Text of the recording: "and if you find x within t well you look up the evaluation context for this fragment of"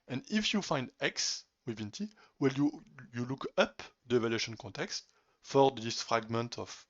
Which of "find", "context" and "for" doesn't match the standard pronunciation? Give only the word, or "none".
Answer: none